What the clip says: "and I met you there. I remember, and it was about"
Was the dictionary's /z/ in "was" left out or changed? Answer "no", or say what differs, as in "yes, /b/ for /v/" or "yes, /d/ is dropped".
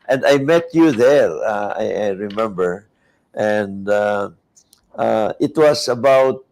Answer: yes, /s/ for /z/